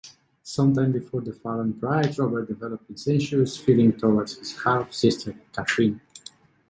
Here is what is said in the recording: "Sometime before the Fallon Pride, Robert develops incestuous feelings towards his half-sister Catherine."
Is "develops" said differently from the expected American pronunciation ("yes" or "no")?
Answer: yes